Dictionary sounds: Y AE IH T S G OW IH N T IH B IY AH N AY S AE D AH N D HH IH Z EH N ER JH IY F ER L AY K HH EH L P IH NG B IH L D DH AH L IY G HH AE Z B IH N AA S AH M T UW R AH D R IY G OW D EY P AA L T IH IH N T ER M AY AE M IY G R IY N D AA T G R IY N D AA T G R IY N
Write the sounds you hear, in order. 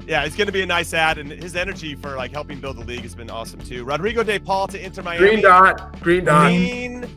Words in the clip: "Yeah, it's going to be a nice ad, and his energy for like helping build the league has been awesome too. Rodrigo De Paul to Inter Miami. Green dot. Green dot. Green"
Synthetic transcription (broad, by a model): Y AE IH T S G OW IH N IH B IY AH N AY S AE D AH N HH IH Z EH N ER JH IY F ER L AY K HH EH L P IH NG B IH L D DH AH L IY G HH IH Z B IH N AA S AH M T UW R AH D R IY G OW D EY P AA L T IH IH N T ER M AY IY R IY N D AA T G R IY N D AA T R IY N